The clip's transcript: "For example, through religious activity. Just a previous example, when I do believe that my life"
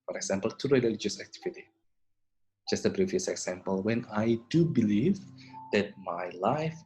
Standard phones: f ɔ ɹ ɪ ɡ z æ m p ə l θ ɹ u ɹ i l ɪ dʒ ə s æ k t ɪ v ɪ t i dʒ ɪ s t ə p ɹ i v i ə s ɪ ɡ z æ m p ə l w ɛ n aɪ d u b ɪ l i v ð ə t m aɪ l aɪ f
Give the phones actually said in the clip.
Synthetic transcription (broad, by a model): f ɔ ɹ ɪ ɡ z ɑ m p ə l t ɹ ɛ l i l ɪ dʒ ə s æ k t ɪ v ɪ t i dʒ ɪ s t ə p ɹ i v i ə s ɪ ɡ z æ m p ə l w ɛ n aɪ d u b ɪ l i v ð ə t m aɪ l aɪ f